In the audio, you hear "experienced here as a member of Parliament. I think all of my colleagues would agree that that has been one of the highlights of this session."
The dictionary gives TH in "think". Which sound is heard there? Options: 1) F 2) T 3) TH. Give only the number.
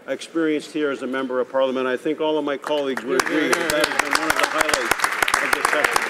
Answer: 3